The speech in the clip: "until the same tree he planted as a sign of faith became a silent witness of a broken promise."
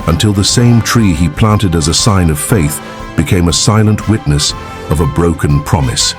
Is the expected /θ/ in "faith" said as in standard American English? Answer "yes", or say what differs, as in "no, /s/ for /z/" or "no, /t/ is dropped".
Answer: yes